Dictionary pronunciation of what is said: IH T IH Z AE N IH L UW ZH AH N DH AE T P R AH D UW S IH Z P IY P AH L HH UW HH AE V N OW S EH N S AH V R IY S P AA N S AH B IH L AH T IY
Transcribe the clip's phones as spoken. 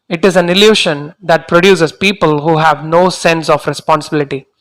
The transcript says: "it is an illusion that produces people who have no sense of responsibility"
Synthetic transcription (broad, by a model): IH T IH Z AE N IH L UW SH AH N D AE T P R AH D UW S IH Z P IY P AH L HH UW HH AE V N OW S EH N S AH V R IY S P AA N S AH B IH L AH T IY